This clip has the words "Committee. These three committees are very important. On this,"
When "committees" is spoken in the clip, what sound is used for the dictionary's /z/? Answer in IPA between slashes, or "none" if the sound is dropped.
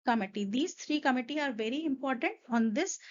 none